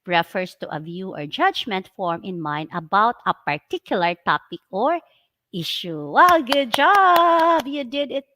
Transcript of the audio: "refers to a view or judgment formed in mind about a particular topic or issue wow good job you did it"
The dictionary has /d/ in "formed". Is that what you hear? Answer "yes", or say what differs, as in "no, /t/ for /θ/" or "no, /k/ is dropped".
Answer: no, /d/ is dropped